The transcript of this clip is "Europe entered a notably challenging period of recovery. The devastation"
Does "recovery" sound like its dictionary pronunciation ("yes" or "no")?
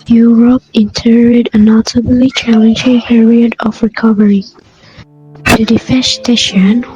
yes